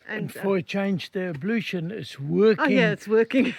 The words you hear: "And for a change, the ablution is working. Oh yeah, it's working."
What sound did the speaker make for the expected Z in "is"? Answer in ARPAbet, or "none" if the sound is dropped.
S